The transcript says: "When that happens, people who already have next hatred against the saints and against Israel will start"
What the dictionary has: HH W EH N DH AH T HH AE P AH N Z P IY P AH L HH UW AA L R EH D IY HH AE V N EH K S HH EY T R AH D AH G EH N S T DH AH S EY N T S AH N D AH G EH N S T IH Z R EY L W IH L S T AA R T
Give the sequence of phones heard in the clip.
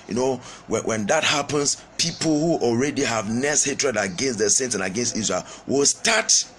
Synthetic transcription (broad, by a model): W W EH N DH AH T HH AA P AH N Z P IY P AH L HH UW AA L R EH D IY HH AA V N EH S HH EY T R AH D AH G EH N S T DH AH S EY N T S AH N AH G EH N S T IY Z R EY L W IH L S T AA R T